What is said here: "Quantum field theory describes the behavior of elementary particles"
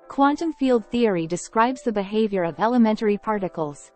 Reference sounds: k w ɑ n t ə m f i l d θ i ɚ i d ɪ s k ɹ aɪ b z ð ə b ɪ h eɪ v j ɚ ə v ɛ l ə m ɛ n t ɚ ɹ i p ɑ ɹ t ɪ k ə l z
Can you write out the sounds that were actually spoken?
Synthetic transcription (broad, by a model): k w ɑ n t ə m f i l d θ i ɚ i d ɪ s k ɹ aɪ b z ð ə b ɪ h eɪ v j ɚ ə v ɛ l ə m ɛ n t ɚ ɹ i p ɑ ɹ t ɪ k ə l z